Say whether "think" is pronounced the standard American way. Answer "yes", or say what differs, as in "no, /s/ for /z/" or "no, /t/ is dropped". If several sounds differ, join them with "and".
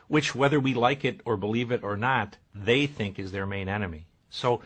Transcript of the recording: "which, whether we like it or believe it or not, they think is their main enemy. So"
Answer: yes